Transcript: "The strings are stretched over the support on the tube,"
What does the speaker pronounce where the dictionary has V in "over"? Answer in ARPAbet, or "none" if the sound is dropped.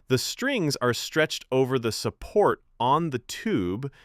V